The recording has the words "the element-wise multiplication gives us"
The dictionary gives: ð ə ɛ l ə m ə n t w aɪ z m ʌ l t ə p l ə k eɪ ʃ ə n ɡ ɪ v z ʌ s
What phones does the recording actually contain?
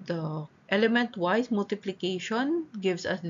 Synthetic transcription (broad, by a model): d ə ɛ l ə m ə n t w aɪ s m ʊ l t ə p l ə k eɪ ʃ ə n ɡ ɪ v s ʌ s